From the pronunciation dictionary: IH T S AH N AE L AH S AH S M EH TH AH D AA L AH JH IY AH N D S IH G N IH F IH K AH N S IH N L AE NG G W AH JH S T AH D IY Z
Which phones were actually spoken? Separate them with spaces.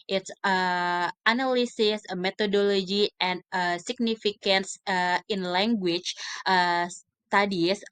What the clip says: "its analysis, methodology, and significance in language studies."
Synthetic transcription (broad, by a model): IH T S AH N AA L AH S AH S M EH T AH D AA L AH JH IY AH N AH S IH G N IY F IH K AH N S IH N L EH NG G W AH CH S T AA D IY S